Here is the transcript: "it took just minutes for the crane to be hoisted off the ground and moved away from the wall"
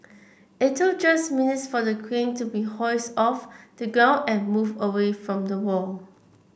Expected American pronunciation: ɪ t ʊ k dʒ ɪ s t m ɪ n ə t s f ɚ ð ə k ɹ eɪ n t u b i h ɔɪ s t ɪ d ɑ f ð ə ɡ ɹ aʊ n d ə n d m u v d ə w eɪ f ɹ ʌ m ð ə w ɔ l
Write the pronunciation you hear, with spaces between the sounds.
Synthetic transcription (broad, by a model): ɪ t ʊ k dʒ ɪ s m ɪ n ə t s f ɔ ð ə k w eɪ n t u b i h ɔɪ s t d ɑ f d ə ɡ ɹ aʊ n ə n m u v ə w eɪ f ɹ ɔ m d ə w ɔ l